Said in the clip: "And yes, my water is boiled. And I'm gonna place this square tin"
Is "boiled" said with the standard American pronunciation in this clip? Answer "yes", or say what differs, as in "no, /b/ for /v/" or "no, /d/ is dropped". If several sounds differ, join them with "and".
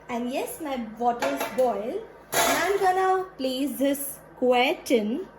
no, /d/ is dropped